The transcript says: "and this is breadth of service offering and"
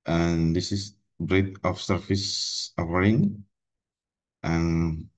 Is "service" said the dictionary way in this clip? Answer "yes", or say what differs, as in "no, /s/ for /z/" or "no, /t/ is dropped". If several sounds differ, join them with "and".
no, /f/ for /v/